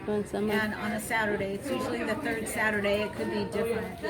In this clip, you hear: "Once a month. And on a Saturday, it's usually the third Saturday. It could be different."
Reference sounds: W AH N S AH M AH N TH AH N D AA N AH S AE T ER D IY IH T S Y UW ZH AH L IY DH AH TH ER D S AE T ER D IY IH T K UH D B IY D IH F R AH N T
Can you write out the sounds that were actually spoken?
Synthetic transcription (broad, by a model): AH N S AH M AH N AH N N AH S AE T ER D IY IH T S Y UW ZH L IY DH AH TH ER D S AE T ER D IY IH T K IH D B IY D IH F R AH N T